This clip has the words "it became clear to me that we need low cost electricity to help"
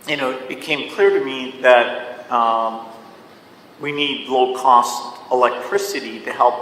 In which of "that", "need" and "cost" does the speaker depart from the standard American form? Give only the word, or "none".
none